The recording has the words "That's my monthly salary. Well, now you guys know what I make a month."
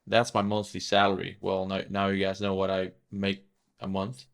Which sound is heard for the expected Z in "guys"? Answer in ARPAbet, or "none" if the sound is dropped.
Z